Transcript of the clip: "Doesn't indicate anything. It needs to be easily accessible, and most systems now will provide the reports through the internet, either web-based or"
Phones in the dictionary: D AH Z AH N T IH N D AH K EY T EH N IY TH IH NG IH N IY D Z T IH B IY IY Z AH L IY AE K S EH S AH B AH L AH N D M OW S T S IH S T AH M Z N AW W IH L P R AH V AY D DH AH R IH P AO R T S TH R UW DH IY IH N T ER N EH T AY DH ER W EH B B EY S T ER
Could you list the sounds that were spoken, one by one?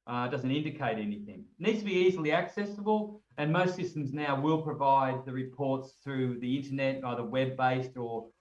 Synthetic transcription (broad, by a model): D AH Z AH N T IH N D AH K EY T EH N IY TH IH NG N IY D Z T IH B IY IY Z L IY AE K S EH S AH B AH L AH N M OW S T S IH S T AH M Z N AW W IH L P R AH V AY D DH AH R IH P AO R T S TH R UW DH IY IH N T ER N EH T AY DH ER W EH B B EY S T ER